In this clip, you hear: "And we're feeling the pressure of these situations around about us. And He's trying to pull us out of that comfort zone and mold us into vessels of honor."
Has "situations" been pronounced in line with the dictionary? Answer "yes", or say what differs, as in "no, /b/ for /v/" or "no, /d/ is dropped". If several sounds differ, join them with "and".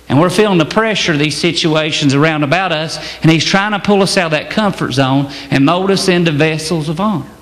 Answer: yes